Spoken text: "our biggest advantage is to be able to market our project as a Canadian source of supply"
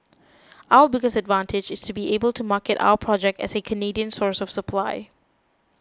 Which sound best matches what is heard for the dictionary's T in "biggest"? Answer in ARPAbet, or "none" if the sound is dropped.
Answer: none